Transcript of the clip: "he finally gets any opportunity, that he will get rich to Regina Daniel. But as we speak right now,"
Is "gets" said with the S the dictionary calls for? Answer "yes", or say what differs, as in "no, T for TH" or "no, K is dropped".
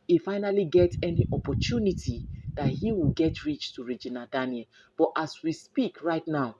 no, S is dropped